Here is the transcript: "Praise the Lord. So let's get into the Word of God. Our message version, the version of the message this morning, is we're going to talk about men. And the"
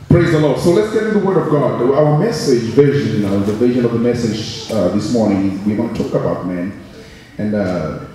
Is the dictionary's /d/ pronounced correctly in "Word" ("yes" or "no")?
yes